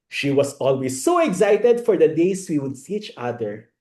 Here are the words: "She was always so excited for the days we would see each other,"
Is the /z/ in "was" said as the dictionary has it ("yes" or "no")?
no